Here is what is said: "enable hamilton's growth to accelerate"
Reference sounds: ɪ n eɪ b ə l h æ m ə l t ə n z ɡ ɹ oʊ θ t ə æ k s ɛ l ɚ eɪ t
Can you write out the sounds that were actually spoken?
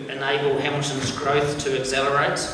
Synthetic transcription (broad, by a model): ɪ n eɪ b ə l h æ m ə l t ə n z ɡ ɹ oʊ θ t ə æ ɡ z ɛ l ɚ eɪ t